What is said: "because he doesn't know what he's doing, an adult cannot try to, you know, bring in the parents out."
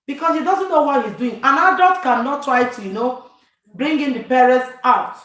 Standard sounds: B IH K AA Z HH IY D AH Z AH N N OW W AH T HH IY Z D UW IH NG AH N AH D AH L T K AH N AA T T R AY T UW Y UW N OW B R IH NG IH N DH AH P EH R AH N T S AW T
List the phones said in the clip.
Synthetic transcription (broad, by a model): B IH K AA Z HH IY D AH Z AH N N OW W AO T HH IY Z D UW IH NG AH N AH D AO T K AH N AA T T R AY T UW Y UW N OW B R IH NG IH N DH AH P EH R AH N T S AW T